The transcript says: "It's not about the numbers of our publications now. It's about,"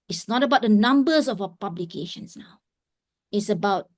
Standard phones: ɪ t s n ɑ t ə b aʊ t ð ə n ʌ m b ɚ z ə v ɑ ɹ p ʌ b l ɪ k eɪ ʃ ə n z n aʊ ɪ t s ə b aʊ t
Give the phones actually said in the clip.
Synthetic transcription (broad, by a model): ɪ t s n ɑ t ə b aʊ t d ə n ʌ m b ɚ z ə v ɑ p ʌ b l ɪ k eɪ ʃ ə n s n aʊ ɪ t s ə b aʊ t